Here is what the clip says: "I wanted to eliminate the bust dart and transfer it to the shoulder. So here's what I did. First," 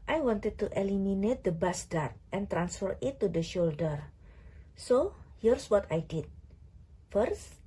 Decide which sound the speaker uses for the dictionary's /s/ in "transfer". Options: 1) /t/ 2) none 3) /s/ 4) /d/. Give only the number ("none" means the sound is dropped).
3